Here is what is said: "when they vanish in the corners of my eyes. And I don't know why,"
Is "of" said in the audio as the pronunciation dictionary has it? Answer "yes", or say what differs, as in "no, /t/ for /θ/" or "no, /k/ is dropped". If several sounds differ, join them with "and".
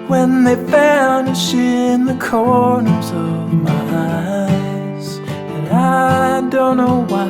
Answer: yes